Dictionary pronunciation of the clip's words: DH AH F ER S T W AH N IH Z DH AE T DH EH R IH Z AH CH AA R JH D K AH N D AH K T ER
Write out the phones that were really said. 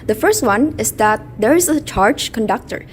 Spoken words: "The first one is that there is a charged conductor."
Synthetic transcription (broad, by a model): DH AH F ER S T W AH N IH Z DH AE T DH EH R IH Z AH CH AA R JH K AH N D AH K T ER